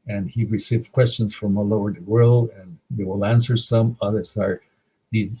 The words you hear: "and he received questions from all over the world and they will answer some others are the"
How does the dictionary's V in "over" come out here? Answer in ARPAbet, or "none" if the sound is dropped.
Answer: none